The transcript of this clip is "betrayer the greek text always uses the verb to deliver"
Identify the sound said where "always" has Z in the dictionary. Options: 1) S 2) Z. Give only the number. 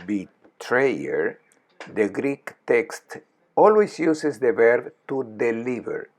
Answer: 1